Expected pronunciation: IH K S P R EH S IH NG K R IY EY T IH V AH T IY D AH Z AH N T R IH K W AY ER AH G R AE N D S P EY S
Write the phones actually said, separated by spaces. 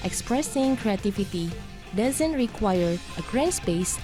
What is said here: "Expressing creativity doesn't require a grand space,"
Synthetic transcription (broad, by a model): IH K S P R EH S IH NG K R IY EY T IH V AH T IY D AH Z AH N T R IH K W AY ER AH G R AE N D S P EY S